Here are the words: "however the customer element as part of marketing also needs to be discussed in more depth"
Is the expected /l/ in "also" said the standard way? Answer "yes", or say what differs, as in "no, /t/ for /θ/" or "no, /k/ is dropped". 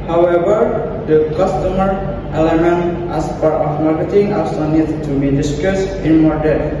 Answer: no, /l/ is dropped